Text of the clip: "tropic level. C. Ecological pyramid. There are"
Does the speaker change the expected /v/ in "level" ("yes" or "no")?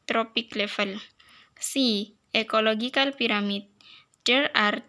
yes